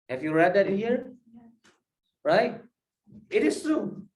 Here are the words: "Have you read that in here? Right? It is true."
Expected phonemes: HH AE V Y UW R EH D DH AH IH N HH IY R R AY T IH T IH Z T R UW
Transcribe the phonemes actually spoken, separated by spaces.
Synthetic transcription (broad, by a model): HH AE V Y UW R EH D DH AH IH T HH IY R R AY T IH T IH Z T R UW